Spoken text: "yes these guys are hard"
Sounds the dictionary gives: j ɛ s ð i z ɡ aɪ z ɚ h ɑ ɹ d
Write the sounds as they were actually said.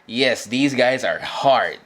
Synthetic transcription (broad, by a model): j ɛ s ð i z ɡ aɪ z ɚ h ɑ ɹ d